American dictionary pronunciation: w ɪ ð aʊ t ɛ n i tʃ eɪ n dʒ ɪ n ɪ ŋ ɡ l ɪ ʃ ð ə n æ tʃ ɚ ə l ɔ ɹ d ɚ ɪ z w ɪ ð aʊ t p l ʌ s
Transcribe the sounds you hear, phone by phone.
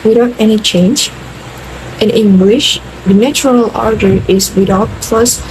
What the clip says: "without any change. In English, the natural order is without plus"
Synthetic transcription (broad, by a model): w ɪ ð aʊ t ɛ n i tʃ eɪ n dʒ ɪ n ɪ ŋ ɡ l ɪ ʃ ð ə n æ tʃ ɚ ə l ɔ ɹ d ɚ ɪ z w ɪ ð aʊ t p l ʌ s